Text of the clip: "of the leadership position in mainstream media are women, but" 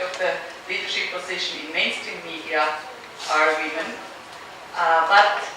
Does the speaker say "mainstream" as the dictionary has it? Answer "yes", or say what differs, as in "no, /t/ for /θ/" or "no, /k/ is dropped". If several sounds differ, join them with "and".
no, /ɹ/ is dropped